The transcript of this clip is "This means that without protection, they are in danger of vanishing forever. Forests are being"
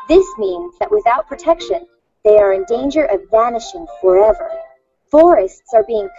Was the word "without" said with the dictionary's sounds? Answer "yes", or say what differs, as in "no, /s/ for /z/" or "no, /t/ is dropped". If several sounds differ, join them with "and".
yes